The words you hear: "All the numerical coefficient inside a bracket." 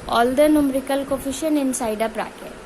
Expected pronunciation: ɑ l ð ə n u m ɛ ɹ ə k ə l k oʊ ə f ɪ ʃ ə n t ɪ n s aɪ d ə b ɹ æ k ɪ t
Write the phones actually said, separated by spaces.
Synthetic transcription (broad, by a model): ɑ l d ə n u m ɹ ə k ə l k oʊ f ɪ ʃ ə n ɪ n s aɪ d ə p ɹ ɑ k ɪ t